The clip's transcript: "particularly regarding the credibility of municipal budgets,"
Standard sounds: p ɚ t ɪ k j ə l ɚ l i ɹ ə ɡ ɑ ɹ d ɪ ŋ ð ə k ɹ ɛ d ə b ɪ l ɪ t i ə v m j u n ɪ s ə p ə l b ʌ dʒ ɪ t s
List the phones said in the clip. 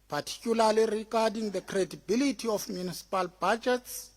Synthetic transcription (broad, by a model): p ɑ t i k j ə l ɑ l i ɹ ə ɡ ɑ d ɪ ŋ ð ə k ɹ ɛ d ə b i l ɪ t i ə f m j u n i s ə p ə l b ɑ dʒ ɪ t s